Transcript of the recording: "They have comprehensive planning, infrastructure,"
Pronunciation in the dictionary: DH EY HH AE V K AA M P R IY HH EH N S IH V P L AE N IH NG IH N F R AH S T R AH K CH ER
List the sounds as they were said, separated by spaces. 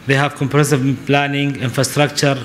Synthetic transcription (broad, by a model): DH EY HH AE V K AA M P IY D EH S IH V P L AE N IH NG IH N F R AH S T R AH K CH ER